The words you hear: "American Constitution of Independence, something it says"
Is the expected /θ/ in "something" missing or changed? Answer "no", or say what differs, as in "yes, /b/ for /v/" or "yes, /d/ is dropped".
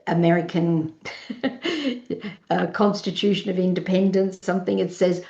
no